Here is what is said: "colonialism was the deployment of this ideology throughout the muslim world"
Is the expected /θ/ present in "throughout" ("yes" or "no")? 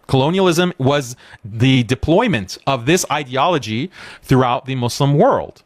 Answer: yes